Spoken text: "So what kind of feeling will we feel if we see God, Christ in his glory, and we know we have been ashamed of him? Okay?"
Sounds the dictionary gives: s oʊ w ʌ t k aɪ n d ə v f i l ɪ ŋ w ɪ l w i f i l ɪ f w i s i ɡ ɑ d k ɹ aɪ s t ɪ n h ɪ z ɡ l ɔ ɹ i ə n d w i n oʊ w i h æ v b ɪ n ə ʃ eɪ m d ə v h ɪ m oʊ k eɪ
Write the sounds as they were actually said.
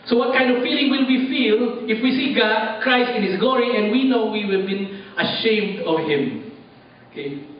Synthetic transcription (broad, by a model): s oʊ w ʌ t k aɪ n d ə v f i l ɪ ŋ w ɪ l w i f i l ɪ f w i s i ɡ ɑ d k ɹ aɪ s t ɪ n h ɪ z ɡ l ɔ ɹ i ə n d w i n oʊ w i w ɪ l b ɪ n ə ʃ eɪ m d ə v h ɪ m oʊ k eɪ